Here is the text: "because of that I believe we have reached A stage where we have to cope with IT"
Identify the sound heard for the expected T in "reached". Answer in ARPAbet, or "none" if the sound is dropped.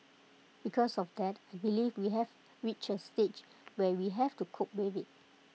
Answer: none